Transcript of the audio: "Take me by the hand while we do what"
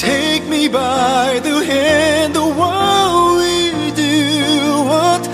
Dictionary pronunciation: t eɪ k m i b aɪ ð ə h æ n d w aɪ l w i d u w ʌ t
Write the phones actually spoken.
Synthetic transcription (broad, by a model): eɪ k m i b aɪ ð ə h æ n d w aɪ w w i d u w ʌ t